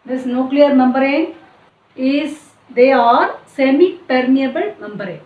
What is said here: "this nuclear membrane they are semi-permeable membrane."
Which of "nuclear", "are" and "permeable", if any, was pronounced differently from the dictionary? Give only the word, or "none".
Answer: none